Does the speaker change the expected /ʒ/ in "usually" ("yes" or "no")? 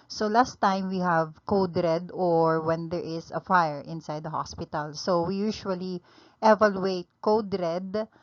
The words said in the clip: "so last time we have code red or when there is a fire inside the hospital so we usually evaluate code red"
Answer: yes